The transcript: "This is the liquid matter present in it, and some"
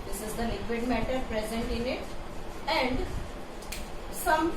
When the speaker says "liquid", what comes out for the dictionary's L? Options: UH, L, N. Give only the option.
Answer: N